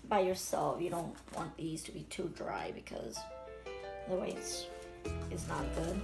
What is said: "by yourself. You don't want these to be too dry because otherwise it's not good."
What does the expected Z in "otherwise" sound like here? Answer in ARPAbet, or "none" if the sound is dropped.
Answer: none